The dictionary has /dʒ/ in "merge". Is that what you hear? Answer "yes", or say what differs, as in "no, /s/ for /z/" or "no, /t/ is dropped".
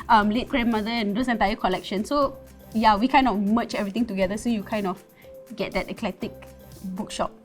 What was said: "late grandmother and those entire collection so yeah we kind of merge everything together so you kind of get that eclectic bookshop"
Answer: no, /tʃ/ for /dʒ/